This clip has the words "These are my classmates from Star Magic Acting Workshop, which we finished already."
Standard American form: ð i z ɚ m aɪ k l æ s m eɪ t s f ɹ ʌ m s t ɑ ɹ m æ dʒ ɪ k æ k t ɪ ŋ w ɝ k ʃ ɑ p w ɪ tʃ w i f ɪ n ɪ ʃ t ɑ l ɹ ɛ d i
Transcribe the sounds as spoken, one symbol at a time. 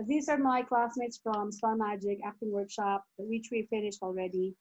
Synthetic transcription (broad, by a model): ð i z ɚ m aɪ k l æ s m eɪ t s f ɹ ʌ m s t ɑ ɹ m æ dʒ ɪ k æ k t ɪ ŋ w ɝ k ʃ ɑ p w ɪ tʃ w i f ɪ n ɪ ʃ t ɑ l ɹ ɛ d i